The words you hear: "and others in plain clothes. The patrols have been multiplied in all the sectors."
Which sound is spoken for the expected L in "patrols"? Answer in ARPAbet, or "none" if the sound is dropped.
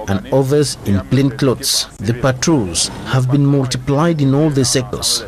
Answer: none